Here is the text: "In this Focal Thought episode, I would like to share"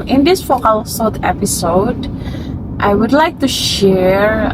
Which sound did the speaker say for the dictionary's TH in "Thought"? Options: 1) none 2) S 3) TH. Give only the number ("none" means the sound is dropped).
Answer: 2